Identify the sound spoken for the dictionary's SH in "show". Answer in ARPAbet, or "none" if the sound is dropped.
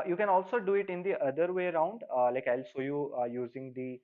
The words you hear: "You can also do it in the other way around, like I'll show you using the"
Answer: S